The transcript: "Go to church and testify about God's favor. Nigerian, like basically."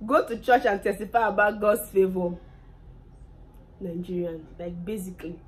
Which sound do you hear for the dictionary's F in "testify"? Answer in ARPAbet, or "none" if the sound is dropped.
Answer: P